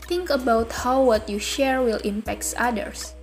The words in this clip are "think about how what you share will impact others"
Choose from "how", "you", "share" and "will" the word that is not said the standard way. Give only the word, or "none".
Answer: none